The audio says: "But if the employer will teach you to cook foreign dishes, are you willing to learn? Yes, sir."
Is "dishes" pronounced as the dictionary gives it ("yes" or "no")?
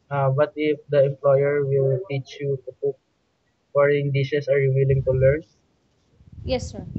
no